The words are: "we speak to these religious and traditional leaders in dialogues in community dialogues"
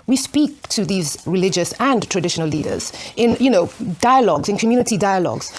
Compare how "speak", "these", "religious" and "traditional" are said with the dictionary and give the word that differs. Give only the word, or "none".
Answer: none